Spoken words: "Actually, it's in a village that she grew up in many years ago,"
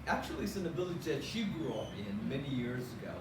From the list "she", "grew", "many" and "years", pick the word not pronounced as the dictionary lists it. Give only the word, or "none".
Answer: none